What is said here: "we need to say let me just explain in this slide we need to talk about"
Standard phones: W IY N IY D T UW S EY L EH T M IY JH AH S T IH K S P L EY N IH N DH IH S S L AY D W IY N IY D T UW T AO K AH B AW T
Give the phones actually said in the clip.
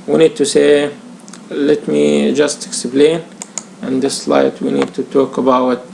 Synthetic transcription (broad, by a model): W IY N IY D T UW S EY L EH T M IY JH AH S T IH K S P L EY N IH N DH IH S S L AY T W IY N IY D T UW T AO K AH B AW T